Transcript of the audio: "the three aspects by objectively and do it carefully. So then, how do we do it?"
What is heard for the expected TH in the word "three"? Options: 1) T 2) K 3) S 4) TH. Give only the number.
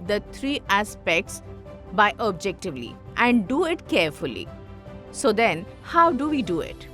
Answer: 1